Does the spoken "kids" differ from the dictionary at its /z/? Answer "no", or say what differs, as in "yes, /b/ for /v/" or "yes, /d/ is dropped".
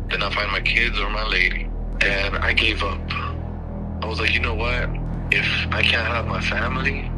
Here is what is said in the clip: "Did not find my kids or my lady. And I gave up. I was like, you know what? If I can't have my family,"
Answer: no